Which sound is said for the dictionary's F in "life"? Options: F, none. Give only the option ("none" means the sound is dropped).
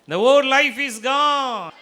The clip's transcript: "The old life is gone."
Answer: F